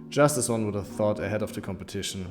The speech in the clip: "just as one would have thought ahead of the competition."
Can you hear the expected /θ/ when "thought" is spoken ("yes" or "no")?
yes